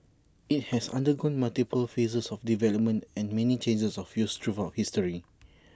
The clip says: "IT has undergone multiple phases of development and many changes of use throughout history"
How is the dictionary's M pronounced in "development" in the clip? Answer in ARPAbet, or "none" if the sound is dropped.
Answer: M